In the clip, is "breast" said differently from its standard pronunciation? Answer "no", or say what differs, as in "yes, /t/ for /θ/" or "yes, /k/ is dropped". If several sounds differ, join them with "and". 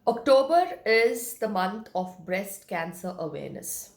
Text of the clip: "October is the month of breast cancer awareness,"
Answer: no